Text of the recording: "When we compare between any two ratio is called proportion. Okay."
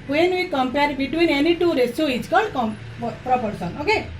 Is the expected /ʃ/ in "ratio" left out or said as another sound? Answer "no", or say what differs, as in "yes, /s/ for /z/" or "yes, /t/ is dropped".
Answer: yes, /s/ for /ʃ/